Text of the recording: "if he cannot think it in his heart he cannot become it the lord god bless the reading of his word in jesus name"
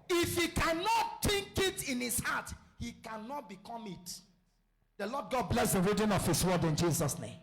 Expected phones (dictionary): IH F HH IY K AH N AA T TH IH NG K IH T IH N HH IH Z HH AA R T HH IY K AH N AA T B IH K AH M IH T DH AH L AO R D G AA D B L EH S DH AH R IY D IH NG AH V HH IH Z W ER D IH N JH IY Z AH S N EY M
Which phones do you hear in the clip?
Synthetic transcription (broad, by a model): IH F HH IY K AH N AA T T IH NG K IH T IH N HH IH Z HH AA T HH IY K AH N AA T B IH K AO M IH T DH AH L AO D G AA D B L EH S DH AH R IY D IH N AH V HH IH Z W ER D IH N JH IY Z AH S N EY M